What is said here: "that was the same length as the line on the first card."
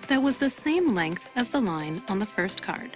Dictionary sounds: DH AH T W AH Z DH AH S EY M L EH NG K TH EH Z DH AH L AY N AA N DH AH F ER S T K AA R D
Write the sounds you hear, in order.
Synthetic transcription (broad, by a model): DH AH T W AH Z DH AH S EY M L EH NG K TH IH Z DH AH L AY N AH N DH AH F ER S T K AA R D